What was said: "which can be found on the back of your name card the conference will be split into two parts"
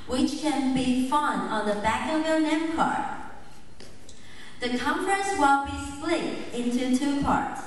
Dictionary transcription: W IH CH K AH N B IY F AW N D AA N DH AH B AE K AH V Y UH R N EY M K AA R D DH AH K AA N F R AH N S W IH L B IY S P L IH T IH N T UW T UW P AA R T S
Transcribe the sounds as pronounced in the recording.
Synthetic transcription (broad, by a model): W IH CH K AH N B IY F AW N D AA N DH AH B AE K AH V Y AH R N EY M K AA R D DH AH K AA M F R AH N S W IH L B IY S L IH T IH N T UW T UW P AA R T S